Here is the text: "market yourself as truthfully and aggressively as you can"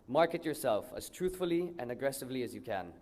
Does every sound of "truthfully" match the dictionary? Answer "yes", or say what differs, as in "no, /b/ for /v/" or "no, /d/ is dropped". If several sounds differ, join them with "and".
yes